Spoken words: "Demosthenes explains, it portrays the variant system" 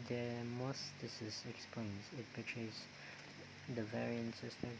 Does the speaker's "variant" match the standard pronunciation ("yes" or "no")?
yes